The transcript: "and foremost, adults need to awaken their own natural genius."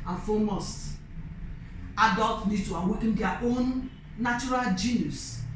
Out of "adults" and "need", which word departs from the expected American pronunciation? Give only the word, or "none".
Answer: adults